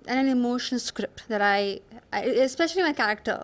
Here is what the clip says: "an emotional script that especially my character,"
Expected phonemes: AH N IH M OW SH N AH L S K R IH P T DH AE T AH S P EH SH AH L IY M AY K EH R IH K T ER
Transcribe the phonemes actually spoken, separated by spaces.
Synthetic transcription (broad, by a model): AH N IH M OW SH AH N S K R IH P T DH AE T AH S P EH SH AH L IY M AY K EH R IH K T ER